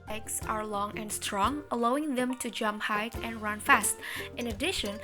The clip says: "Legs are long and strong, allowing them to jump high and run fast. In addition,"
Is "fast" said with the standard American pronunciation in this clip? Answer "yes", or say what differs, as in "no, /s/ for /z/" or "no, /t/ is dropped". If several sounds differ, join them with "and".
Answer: yes